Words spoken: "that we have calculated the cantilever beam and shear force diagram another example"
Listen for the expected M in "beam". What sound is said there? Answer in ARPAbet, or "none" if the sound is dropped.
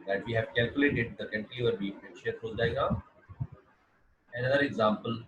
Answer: none